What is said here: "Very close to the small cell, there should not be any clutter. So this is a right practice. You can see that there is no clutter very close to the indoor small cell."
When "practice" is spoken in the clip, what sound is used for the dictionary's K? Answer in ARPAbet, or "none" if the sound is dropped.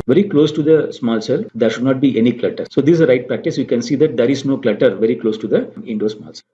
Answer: K